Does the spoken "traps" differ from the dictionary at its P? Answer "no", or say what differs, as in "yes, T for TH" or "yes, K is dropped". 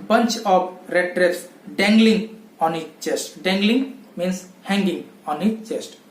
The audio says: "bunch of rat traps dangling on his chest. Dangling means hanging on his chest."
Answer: yes, P is dropped